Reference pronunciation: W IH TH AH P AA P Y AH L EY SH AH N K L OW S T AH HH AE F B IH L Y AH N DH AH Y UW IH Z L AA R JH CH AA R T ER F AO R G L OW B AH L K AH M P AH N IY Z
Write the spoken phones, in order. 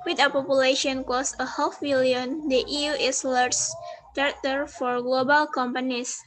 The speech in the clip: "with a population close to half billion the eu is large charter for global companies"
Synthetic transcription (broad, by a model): W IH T AH P AA P Y AH L EY SH AH N K OW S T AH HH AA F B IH L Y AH N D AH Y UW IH S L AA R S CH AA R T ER F AO R G L OW B AH L K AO M P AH N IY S